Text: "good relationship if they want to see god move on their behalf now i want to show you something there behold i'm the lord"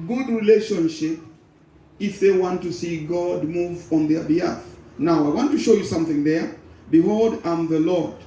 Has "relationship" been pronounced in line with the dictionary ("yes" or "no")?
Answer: yes